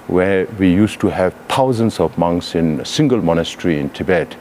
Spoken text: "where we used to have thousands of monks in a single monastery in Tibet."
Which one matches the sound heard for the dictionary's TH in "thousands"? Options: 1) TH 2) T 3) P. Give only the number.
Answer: 2